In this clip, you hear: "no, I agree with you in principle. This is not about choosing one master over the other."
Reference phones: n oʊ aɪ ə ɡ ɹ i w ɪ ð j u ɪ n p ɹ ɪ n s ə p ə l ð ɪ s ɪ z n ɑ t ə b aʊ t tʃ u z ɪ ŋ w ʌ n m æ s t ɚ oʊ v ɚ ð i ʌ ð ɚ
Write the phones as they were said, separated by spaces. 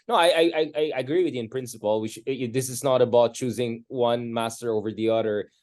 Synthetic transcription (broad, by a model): n oʊ aɪ ə ɡ ɹ i w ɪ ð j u ɪ n p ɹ ɪ n s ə p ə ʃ ð ɪ s ɪ z n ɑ t ə b aʊ t tʃ u z ɪ ŋ w ʌ n m æ s t ɚ oʊ v ɚ ð i ʌ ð ɚ